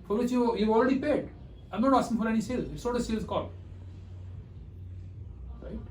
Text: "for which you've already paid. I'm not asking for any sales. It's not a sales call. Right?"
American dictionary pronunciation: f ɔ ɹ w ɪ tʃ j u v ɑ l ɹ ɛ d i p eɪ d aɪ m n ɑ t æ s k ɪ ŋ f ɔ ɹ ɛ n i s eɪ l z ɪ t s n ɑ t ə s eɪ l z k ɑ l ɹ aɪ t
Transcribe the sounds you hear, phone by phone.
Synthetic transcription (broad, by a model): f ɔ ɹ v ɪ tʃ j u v ɑ l ɹ ɛ d i p eɪ d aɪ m n ɑ t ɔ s ɪ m f ɔ ɹ ɛ n i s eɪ l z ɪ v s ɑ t ə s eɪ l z k ɑ l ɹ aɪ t